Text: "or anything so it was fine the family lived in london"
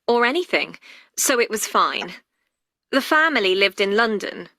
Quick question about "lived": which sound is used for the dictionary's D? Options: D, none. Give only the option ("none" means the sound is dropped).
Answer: D